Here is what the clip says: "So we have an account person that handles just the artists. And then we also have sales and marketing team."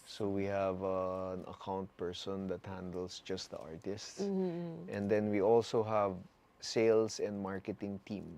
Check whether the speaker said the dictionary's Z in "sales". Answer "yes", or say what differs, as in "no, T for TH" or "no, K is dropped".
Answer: no, S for Z